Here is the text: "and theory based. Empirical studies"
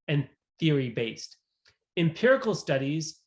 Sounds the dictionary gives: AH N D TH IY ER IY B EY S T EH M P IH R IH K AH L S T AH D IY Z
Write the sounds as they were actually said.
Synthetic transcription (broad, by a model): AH N TH IY ER IY B EY S T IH M P IH R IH K L S T AH D IY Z